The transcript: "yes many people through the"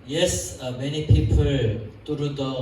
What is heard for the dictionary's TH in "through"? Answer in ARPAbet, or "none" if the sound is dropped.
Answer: T